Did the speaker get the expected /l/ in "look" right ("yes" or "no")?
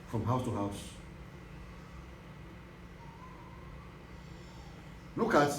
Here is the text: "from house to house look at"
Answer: no